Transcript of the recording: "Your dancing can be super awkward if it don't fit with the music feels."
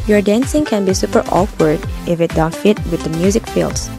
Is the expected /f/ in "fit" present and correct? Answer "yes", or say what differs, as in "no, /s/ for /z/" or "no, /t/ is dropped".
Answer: yes